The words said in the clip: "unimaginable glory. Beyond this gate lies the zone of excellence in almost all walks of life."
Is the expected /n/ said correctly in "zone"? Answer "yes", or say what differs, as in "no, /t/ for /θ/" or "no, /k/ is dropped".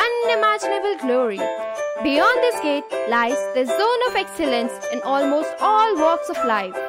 yes